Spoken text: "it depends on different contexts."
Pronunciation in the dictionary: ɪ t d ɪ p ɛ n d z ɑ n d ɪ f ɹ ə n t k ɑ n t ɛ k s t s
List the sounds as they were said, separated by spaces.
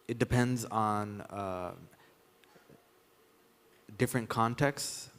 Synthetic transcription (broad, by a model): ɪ t d ɪ p ɛ n d z n d ɪ f ɹ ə n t k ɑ n t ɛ k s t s